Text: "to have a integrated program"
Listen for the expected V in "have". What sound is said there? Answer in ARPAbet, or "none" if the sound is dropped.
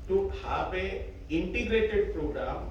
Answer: P